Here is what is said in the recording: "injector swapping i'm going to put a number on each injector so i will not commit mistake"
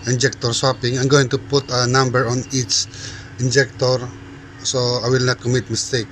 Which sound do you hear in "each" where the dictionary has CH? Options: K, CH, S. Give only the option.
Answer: S